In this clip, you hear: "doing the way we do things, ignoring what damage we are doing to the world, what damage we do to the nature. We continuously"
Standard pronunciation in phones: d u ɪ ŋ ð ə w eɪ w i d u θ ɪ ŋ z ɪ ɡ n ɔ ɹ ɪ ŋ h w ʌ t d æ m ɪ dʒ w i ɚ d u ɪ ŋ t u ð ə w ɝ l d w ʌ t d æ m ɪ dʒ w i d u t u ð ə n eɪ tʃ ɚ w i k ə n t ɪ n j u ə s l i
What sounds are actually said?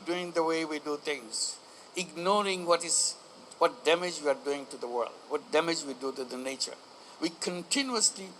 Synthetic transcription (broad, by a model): d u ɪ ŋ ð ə w eɪ w i d u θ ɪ ŋ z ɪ ɡ n ɔ ɹ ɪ ŋ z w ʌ t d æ m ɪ dʒ w i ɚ d u ɪ ŋ t u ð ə w ɝ l d w ʌ t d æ m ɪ dʒ w i d u t u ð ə n eɪ tʃ ɚ w i k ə n t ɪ n j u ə s l i